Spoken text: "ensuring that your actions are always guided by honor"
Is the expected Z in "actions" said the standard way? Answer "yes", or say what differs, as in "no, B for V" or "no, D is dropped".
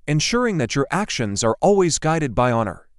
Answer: yes